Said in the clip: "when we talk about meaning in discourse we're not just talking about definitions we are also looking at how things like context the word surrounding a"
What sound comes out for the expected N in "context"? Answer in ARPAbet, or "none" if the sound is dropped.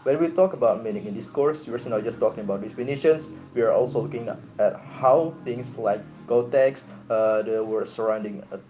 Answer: none